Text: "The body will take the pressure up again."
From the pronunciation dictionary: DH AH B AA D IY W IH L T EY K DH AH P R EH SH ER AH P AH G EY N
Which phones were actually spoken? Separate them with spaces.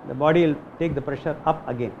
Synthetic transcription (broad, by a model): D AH B AA D IY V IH L T EY K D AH P R EH SH ER AH P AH G EY N